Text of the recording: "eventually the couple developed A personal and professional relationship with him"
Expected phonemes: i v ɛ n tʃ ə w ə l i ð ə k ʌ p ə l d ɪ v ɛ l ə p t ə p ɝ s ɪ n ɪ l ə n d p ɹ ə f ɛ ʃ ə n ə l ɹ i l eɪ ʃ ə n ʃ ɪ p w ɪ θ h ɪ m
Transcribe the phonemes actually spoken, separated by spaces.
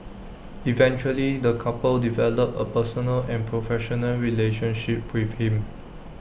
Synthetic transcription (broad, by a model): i v ɛ n tʃ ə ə l i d ə k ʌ p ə l d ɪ v ɛ l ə p ə p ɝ s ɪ n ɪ l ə n p ɹ ə f ɛ ʃ ə n ə l ɹ i l eɪ ʃ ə n ʃ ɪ p w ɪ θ h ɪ m